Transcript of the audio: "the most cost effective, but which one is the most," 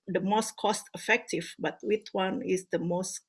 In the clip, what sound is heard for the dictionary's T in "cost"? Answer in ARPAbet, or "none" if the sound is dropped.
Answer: T